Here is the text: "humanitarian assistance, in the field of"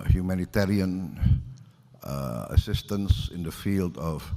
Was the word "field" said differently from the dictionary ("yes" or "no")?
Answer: no